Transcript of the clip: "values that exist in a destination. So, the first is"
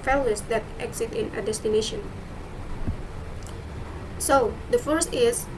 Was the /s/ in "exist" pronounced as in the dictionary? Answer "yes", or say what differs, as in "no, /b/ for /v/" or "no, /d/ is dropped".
no, /s/ is dropped